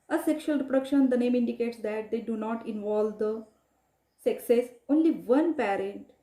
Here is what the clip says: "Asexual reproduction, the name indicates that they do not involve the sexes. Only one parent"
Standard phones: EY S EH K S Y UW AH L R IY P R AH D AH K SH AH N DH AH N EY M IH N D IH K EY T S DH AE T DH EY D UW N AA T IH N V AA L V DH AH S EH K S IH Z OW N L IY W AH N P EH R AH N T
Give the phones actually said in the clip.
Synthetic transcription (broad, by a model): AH S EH K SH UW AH L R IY P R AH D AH K SH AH N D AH N EY M IH N D IH K EY T S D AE T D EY D UW N AA T IH N V AA L V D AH S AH K S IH S OW N L IY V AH N P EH R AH N T